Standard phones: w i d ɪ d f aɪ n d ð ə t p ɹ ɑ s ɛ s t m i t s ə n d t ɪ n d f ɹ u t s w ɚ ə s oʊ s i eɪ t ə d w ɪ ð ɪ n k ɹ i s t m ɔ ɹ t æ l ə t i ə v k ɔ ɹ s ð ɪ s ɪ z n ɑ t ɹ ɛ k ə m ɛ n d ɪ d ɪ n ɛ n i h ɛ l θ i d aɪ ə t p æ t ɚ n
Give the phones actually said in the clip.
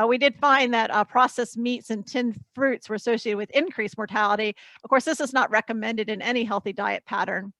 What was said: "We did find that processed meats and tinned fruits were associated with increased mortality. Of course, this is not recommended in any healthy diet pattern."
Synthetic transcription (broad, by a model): w i d ɪ d f aɪ n ð ə t p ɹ ɑ s ɛ s m i t s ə n t ɪ n f ɹ u t s w ɚ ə s oʊ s i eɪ t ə d w ɪ ð ɪ n k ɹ i s m ɔ ɹ t æ l ə t i ə v k ɔ ɹ s ð ɪ s ɪ z n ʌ t ɹ ɛ k ə m ɛ n d ɪ d ɪ n ɛ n i h ɛ l θ i d aɪ ə t p æ t ɚ n